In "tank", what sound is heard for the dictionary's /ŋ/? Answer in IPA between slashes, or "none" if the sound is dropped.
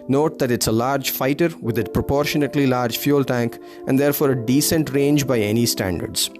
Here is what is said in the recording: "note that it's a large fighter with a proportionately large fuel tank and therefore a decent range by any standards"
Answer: /ŋ/